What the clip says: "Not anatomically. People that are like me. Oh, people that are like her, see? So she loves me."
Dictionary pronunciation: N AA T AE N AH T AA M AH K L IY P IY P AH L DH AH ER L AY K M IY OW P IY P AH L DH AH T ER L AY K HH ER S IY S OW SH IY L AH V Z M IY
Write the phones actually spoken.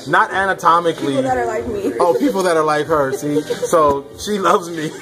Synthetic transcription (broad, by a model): N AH T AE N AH T AA M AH K L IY IY AH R L AY K M IY OW P IY P L DH AH T ER L AY K HH ER S IY S OW SH IY L AH V Z M IY